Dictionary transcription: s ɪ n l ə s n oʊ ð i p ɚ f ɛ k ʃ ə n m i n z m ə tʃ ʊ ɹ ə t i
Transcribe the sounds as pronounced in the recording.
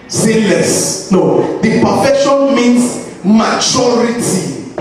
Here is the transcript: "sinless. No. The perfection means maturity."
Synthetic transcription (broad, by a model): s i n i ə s n oʊ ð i p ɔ f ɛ ʃ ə n m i n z m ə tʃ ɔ ɹ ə t i